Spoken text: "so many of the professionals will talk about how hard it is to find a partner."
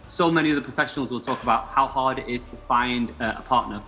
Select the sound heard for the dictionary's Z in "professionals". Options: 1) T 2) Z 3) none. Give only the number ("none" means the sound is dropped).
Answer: 2